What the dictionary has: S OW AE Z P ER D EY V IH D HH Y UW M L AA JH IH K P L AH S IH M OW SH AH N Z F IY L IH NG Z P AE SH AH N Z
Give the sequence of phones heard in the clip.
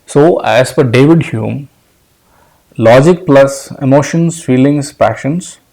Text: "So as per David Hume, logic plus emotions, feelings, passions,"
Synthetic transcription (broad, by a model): S OW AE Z F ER D EY V IH D HH Y UW M L AA JH IH K P L AH S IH M OW SH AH N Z F IY L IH NG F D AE SH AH N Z